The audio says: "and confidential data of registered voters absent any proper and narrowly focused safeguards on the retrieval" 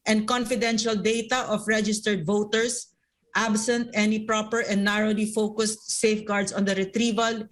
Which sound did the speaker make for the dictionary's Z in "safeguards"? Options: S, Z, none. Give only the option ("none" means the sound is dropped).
S